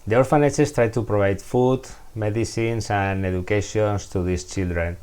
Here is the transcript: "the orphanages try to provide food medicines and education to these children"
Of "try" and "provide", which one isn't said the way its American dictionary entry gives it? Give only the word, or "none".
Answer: provide